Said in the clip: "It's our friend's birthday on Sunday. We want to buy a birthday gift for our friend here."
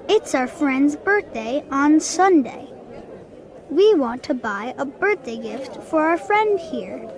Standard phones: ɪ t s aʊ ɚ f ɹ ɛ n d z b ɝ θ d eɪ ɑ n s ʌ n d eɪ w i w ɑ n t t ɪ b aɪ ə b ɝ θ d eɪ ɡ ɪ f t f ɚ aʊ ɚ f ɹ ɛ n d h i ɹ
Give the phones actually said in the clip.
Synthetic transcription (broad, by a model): ɪ t s aʊ ɚ f ɹ ɛ n d z b ɝ θ d eɪ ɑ n s ʌ n d eɪ w i w ɑ n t t ɪ b aɪ ə b ɝ θ d eɪ ɡ ɪ f t f ɚ aʊ ɚ f ɹ ɛ n d h i ɹ